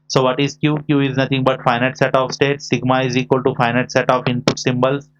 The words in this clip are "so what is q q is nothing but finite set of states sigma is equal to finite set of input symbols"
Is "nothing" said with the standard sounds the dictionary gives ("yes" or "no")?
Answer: no